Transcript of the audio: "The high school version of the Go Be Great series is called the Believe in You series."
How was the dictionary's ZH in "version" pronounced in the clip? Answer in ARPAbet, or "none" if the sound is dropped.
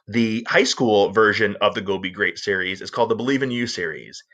ZH